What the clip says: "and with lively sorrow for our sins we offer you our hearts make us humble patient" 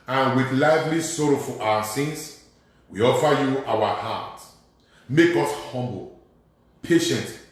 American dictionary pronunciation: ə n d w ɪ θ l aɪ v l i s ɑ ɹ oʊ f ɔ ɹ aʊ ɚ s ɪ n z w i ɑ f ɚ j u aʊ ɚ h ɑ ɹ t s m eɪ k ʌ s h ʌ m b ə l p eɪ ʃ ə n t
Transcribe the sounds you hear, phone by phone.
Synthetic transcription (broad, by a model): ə n w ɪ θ l aɪ v l i s ɑ ɹ oʊ f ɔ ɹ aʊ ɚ s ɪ n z w i ɑ f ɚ j u aʊ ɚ h ɑ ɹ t m eɪ k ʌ s h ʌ m b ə l p eɪ ʃ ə n t